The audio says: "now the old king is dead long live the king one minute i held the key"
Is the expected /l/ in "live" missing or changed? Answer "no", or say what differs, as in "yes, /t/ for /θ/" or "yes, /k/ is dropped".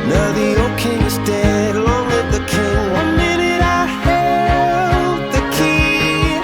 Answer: yes, /w/ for /l/